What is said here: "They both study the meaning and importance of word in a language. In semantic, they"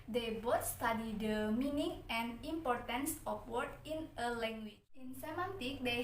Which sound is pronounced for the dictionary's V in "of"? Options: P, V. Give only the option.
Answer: P